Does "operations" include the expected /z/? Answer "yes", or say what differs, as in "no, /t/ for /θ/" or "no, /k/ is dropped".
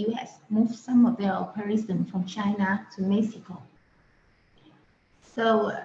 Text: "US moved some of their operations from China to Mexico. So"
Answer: no, /z/ is dropped